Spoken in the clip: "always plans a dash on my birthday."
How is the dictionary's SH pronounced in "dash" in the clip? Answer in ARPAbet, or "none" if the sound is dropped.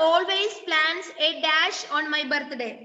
SH